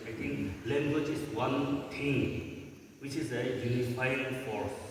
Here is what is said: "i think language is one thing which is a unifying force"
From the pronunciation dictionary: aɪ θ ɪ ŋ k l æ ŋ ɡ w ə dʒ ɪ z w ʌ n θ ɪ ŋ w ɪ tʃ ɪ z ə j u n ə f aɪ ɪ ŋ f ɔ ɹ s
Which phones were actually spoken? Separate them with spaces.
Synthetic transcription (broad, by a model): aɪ t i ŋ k l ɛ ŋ ɡ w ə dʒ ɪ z w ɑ n t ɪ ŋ w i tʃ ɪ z ə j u n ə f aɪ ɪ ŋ f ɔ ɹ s